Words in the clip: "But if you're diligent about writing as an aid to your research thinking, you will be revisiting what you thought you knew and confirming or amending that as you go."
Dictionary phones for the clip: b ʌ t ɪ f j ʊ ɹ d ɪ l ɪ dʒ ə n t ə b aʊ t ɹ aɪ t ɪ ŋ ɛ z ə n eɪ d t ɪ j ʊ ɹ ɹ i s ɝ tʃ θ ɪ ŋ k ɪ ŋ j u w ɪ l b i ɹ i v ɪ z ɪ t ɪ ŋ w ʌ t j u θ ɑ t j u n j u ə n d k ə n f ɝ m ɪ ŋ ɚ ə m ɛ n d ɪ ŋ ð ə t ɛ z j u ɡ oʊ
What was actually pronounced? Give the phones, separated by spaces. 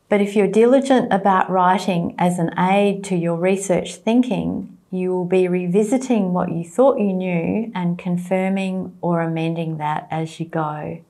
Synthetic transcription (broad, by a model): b ʌ t ɪ f j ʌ ɹ d ɪ l ɪ dʒ ə n t ə b aʊ t ɹ aɪ t ɪ ŋ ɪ z ə n eɪ d t ɪ j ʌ ɹ ɹ i s ɝ tʃ θ ɪ ŋ k ɪ ŋ j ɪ w ɪ l b i ɹ i v ɪ z ɪ t ɪ ŋ w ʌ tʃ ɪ θ ɑ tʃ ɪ n j u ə n k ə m f ɝ m ɪ ŋ ɚ ə m ɛ n d ɪ ŋ ð ə t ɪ z j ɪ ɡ oʊ